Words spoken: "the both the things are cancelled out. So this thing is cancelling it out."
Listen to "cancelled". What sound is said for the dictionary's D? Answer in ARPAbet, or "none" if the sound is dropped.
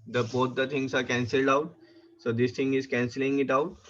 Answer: D